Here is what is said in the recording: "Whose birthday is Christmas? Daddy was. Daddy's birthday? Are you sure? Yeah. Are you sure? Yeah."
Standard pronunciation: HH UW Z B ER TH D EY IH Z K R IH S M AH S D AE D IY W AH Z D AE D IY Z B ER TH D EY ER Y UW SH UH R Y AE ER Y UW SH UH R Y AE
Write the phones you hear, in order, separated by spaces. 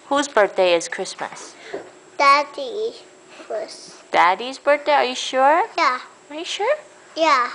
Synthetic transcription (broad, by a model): HH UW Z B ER T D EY IH Z K R IH S M AH S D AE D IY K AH S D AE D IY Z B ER T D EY ER Y UW SH UH R Y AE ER Y UW SH UH R Y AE